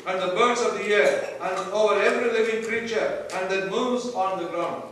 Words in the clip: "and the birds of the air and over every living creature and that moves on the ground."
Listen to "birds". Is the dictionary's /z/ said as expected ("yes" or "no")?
no